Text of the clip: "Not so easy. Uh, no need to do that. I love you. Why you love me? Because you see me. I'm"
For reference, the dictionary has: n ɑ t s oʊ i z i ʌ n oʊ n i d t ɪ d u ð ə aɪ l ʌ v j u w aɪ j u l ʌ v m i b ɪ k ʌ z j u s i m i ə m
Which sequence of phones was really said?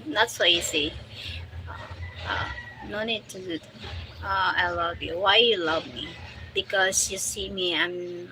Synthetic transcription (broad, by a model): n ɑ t s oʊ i s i ʌ n oʊ n i d t ɪ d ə aɪ l ʌ v j u w aɪ j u l ʌ v m i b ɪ k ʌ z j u s i m i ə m